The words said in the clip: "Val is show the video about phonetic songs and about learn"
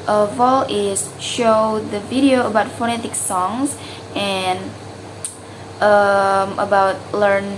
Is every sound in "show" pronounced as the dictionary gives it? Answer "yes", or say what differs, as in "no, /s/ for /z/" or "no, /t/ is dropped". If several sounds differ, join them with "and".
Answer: yes